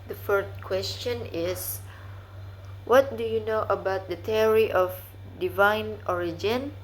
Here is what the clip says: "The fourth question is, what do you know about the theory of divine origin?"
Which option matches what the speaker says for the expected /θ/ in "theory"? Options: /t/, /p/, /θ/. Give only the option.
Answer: /t/